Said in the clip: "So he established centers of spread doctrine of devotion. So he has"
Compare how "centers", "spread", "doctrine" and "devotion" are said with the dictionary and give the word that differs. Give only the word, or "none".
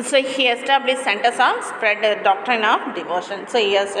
centers